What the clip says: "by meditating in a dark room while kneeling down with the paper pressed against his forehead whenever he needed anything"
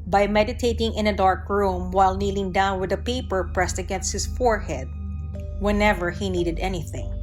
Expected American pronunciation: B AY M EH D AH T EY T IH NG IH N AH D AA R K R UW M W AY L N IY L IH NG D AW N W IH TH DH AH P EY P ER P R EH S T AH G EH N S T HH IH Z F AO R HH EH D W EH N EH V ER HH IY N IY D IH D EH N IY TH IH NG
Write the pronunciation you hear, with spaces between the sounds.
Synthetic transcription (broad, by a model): B AY M EH D AH T EY T IH NG IH N AH D AA R K R UW M W AY L N IY L IH NG D AW N W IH DH AH P EY P ER P R EH S T AH G EH N S T HH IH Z F AO R HH EH D W EH N EH V ER HH IY N IY D IH D EH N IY TH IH NG